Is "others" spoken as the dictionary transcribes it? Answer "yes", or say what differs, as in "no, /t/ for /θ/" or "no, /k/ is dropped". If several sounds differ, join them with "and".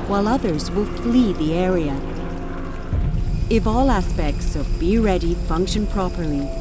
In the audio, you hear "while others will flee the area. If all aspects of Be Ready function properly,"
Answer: yes